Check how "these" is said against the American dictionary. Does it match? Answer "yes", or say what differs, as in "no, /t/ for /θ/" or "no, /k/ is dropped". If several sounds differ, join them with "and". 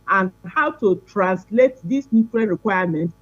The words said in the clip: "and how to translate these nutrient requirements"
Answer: no, /s/ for /z/